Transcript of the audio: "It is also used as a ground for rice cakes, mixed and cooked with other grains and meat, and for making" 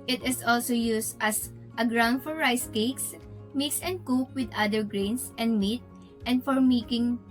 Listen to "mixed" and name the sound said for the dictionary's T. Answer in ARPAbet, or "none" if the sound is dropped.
none